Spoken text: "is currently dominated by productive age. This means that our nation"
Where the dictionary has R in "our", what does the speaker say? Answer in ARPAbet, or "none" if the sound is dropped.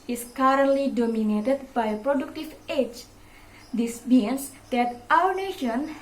W